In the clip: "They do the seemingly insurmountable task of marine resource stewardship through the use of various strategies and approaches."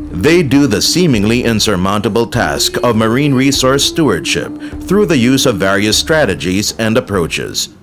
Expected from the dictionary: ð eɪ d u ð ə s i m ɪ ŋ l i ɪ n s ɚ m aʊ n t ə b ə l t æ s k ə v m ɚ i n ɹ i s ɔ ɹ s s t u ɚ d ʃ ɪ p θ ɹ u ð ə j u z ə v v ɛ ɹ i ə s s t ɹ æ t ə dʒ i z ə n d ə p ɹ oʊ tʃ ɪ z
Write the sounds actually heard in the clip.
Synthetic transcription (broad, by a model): ð eɪ d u ð ə s i m ɪ ŋ l i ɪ n s ɚ m aʊ n t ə b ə l t æ s k ə v m ɚ i n ɹ i s ɔ ɹ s s t u ɚ d ʃ ɪ p θ ɹ u ð ə j u z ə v v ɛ ɹ i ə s s t ɹ æ t ə dʒ i z ə n d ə p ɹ oʊ tʃ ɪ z